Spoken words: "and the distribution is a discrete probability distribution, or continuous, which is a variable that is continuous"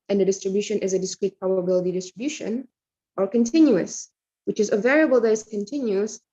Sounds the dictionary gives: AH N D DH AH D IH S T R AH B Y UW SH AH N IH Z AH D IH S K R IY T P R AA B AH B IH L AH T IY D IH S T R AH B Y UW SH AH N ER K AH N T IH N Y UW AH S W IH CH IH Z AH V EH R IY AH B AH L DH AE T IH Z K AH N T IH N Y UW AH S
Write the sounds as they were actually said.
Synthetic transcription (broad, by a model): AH N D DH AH D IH S T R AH B Y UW SH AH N IH Z AH D IH S K R IY T P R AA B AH B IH L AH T IY D IH S T R AH B Y UW SH AH N ER K AH N T IH N Y UW AH S W IH CH IH Z AH V EH R IY AH B AH L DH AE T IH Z K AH N T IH N Y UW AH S